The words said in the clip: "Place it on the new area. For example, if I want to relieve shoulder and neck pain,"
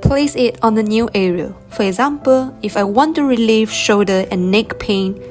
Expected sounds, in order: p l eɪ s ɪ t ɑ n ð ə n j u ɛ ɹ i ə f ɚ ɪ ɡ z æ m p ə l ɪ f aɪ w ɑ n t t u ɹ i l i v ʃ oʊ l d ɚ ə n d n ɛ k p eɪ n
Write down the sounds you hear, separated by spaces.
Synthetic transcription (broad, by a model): p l eɪ s ɪ t ɑ n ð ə n j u ɛ ɹ i ə f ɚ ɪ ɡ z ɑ m p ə l ɪ f aɪ w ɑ n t t u ɹ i l i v ʃ oʊ d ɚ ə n n ɛ k p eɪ n